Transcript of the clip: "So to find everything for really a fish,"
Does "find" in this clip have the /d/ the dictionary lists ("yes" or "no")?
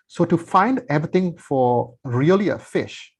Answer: yes